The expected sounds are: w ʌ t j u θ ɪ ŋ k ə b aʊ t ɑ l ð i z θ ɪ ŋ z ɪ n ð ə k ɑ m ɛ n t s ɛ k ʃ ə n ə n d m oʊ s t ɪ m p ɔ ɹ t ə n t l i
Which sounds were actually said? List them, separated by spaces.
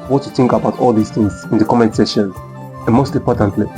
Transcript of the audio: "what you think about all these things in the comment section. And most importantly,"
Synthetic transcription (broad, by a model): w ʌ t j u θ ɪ ŋ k ə b aʊ t ɑ l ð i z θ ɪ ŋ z ɪ n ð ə k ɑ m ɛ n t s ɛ ʃ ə n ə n m oʊ s t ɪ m p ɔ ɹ t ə n t l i